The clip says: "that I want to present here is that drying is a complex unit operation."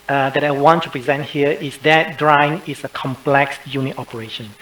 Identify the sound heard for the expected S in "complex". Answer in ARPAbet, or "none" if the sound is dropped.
S